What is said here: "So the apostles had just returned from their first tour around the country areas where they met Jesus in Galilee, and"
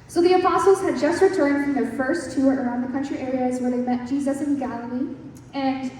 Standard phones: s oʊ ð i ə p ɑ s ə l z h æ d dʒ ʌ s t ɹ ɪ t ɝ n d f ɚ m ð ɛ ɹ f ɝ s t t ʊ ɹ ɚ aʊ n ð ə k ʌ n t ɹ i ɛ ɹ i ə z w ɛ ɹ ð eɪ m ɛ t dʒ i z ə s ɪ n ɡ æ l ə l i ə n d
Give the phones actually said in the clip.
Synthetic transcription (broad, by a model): s oʊ ð i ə p ɑ s l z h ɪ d dʒ ʌ s t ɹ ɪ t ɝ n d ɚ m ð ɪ f ɝ s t t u ɹ ɚ aʊ n ð ə k ʌ n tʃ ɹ i ɛ ɹ i ə z w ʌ ɹ ð eɪ m ɛ t dʒ i z ə s ɪ n ɡ æ l ə l i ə n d